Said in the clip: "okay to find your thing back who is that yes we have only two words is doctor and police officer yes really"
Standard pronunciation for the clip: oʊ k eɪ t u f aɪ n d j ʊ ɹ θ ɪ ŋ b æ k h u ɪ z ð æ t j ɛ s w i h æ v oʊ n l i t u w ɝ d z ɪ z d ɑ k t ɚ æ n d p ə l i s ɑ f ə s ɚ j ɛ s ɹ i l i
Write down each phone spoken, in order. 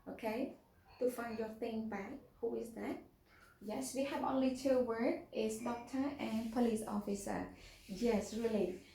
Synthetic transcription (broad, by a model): oʊ k eɪ t u f aɪ n d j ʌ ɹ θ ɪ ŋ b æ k h u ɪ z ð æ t j ɛ s w i h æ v oʊ n l i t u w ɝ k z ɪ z d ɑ k t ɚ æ n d p ə l i s ɑ f ə s ɚ j ɛ s ɹ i l i